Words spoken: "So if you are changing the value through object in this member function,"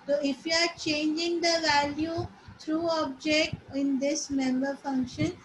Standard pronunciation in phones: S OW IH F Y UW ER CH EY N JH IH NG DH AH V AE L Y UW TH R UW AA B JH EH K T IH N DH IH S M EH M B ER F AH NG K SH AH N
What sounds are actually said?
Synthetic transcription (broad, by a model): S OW IH F Y UW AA CH EY N JH IH NG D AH V AE L Y UW T R UW AA B JH EH K T IH N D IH S M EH M B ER F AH NG K SH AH N